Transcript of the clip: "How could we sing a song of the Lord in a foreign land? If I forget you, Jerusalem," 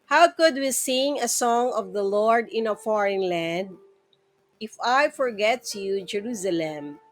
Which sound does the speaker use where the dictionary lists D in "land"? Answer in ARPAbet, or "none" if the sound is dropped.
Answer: D